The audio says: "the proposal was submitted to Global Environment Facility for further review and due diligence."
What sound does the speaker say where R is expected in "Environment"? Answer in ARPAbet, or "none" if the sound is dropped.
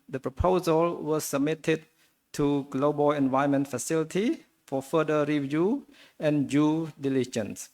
none